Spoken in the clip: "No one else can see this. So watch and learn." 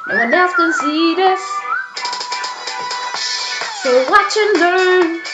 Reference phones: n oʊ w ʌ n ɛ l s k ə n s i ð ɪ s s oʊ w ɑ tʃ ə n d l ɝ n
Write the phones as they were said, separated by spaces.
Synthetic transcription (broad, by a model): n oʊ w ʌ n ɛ s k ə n s i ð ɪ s s oʊ w ɑ tʃ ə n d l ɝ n